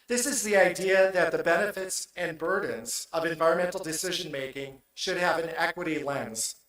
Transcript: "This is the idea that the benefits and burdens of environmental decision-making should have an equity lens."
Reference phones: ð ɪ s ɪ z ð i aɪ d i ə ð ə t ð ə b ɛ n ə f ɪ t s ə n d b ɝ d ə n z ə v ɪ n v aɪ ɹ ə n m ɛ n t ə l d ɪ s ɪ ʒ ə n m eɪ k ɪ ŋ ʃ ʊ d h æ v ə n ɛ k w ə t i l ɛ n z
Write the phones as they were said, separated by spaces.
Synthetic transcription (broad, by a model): ð ɪ s ɪ z ð i aɪ d i ə ð ə t ð ə b ɛ n ə f ɪ t s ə n b ɝ d n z ə v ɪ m v aɪ ɹ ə n m ɛ n t l d ɪ s ɪ ʒ ə n m eɪ k ɪ ŋ ʃ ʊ d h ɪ v ə n ɛ k w ə t i l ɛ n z